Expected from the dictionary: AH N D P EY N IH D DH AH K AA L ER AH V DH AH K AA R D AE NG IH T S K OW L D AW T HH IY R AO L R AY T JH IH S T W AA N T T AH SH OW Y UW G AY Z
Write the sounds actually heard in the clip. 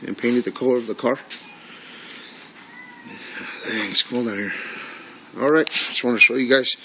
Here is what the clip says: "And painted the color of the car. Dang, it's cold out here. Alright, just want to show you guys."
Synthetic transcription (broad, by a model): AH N P EY N IH D DH AH K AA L ER AH V DH AH K AA R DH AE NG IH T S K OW L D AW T HH IY R AO L R AY T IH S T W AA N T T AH SH OW Y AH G AY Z